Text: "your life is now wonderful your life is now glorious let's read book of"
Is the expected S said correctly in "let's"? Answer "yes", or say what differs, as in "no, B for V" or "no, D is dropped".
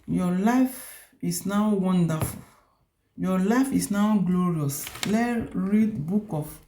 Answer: no, S is dropped